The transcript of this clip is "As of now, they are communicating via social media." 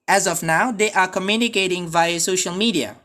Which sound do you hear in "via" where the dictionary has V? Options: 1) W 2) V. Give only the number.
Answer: 2